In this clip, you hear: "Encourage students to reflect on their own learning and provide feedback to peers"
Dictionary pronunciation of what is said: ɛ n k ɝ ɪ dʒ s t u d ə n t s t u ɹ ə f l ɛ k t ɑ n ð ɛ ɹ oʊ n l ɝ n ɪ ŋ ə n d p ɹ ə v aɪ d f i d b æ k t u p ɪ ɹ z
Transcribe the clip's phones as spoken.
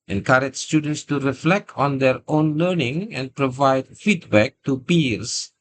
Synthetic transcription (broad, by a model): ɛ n k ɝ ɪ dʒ s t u d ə n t s t u ɹ ə f l ɛ k t ɑ n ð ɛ ɹ oʊ n l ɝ n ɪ ŋ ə n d p ɹ ə v aɪ d f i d b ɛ k t u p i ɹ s